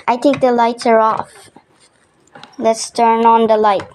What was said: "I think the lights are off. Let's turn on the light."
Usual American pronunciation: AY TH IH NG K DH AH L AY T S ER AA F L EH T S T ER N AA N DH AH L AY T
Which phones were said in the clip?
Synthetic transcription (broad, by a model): AY T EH K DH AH L AY T S ER AA F L EH T S T ER N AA N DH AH L AY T